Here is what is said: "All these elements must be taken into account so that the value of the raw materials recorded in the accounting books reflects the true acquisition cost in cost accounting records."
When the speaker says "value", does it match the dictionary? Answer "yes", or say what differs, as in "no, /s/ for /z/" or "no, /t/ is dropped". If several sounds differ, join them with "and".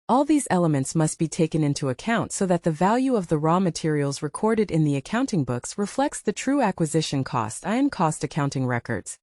yes